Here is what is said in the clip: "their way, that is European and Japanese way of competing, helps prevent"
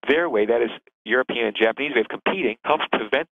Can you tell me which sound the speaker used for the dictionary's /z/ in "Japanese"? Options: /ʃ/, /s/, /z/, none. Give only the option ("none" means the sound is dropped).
/z/